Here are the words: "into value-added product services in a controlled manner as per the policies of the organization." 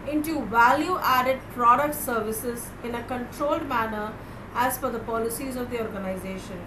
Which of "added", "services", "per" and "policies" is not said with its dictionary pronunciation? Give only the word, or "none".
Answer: per